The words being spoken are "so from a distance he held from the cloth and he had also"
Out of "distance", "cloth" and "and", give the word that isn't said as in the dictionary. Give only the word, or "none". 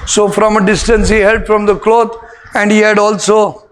cloth